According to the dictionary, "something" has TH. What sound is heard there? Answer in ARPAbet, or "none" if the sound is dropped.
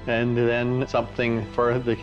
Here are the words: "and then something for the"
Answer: TH